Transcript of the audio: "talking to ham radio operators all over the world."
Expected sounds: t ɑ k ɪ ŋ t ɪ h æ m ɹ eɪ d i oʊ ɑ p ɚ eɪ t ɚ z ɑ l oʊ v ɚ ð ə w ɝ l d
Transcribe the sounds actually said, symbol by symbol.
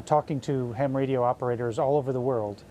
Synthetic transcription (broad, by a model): t ɑ k ɪ ŋ t ɪ h æ m ɹ eɪ d i oʊ ɑ p ɚ eɪ t ɚ z ɑ l oʊ v ɚ ð ə w ɝ l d